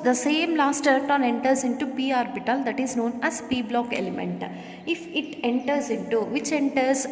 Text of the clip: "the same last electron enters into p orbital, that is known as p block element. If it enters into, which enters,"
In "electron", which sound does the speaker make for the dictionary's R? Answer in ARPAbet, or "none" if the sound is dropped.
none